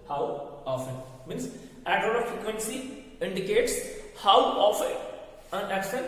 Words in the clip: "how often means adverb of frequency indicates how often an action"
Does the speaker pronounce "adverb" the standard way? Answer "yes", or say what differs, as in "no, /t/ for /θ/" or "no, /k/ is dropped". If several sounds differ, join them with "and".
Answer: no, /v/ is dropped